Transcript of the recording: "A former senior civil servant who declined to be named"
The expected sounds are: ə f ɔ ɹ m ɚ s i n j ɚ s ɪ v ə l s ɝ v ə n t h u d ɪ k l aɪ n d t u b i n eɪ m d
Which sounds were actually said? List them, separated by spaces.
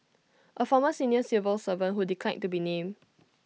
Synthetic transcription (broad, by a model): ə f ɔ m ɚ s i n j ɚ s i v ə l s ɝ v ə n h u d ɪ k l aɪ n t u b i n eɪ m